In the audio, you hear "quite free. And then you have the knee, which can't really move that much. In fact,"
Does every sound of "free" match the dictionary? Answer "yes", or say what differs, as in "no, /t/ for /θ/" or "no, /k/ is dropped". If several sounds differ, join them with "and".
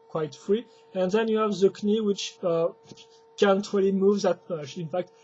yes